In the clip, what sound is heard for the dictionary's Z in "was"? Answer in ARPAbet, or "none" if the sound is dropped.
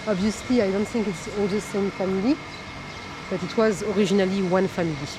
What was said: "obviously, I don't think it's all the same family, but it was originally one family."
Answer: Z